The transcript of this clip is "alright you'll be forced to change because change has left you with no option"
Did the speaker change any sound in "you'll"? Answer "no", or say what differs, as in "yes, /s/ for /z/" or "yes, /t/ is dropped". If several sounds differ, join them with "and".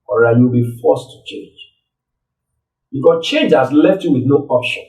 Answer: yes, /w/ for /l/